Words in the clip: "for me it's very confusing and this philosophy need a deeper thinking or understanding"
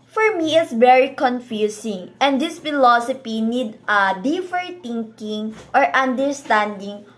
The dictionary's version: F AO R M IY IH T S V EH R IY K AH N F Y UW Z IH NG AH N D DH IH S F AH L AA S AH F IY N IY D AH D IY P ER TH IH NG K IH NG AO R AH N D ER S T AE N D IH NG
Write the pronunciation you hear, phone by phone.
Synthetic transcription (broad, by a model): F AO R M IY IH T S V EH R IY K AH N F Y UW S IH NG AH N D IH S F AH L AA S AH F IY N IY D AH D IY F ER T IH NG K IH NG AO R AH N D ER S T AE N D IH NG